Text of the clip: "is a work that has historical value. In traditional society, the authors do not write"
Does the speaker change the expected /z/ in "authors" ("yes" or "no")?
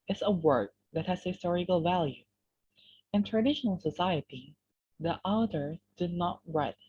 yes